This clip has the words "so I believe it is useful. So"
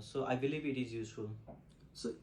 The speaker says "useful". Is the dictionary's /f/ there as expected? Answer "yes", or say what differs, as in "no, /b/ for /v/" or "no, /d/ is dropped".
no, /f/ is dropped